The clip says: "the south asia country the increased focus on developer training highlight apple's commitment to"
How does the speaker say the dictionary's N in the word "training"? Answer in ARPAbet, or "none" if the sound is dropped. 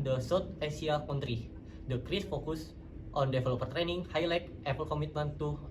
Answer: N